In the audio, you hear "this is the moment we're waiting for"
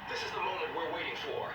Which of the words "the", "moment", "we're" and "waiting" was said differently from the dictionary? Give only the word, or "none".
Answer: none